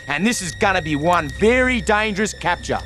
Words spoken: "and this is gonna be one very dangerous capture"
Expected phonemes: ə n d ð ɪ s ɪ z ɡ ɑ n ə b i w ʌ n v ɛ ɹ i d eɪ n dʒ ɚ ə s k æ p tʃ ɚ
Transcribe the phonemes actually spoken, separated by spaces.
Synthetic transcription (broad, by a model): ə n ð ɪ s ɪ z ɡ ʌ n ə b i w ʌ n v ɛ ɹ i d eɪ n dʒ ɚ ə s k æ p tʃ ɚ